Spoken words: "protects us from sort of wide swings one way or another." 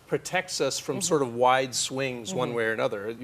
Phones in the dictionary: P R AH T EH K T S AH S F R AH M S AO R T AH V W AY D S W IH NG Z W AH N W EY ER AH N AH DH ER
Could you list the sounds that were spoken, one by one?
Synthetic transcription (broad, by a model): P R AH T EH K T S AH S F R AH M S AO R T AH V W AY D S W IH NG Z W AH N W EY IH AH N AH DH ER